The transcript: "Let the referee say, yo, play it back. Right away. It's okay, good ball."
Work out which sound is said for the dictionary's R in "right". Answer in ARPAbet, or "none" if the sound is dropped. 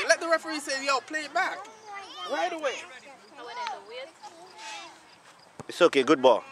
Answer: W